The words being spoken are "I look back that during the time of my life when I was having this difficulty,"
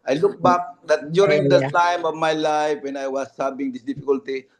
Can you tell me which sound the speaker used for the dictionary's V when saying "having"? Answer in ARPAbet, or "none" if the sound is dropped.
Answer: B